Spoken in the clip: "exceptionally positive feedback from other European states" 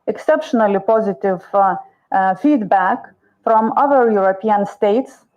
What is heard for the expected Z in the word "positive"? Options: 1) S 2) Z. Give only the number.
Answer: 2